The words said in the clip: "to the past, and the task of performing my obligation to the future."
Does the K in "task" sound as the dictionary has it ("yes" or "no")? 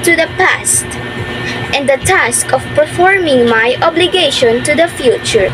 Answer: yes